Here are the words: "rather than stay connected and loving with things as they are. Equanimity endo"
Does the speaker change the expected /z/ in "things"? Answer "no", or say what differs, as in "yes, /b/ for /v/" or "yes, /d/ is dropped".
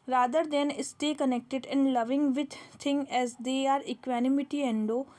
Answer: yes, /z/ is dropped